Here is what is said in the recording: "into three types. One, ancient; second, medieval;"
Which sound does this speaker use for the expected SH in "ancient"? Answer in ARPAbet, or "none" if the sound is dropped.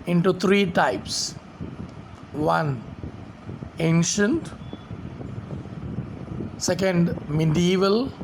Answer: SH